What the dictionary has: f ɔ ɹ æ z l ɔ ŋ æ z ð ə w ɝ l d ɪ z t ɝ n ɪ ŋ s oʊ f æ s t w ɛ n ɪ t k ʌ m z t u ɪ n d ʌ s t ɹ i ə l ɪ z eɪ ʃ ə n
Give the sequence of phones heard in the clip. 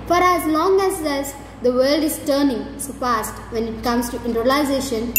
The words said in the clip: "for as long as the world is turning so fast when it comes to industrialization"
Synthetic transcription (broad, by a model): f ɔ ɹ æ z l ɔ ŋ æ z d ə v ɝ l d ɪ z t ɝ n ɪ ŋ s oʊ p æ s t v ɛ n ɪ t k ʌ m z t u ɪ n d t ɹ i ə l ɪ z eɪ ʃ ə n